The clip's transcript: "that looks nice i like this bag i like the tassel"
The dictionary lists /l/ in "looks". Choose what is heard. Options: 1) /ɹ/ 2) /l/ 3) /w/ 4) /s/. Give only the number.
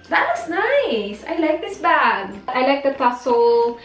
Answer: 3